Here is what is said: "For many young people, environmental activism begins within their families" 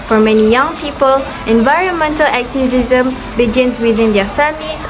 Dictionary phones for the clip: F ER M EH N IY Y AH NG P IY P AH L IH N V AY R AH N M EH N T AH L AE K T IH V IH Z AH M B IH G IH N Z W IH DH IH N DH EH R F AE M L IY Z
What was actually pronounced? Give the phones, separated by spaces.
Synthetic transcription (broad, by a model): F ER M EH N IY Y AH NG P IY P AH L IH N V AY R AH N M EH N T AH L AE K T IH V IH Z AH M B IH G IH N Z W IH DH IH N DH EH F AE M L IY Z